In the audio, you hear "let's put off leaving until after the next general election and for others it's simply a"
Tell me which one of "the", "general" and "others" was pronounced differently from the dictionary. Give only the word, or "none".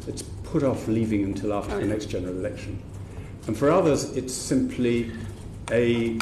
none